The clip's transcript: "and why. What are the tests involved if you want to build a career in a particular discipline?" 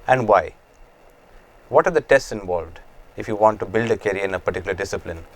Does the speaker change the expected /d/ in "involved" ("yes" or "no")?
no